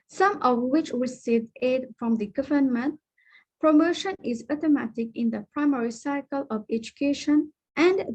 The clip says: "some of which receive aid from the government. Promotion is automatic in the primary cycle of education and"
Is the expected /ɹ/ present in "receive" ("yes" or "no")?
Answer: no